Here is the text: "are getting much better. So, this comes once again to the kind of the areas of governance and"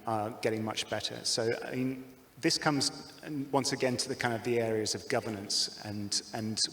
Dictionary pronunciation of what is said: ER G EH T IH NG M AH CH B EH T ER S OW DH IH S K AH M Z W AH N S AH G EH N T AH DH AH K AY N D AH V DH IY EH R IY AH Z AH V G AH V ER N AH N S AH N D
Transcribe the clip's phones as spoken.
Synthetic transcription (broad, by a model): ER G EH T IH NG M AH CH B EH T ER S OW DH IH S K AH M Z W AH N S AH G EH N T AH DH AH K AY N D AH V DH IY EH R IY AH Z AH V G AH V ER N AH N S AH N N